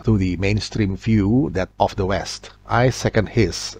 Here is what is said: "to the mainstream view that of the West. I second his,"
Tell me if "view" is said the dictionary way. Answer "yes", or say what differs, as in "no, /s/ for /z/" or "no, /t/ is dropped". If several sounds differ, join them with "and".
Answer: no, /f/ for /v/